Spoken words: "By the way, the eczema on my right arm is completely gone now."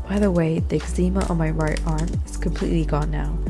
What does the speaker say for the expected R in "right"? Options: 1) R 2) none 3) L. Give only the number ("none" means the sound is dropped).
1